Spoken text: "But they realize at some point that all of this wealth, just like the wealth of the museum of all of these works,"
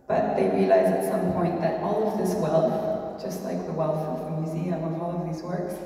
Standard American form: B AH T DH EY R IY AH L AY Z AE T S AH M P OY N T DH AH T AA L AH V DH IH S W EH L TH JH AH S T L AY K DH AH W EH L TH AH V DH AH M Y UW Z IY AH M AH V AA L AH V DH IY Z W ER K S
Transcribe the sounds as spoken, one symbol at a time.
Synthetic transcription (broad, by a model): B AH T DH EY R IY AH L AY Z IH T S AH M P OY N DH AH T AA L AH V DH IH S W EH L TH JH AH S T L AY K DH AH W EH L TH AH V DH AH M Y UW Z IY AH AH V AA L AH V DH IY Z W ER K S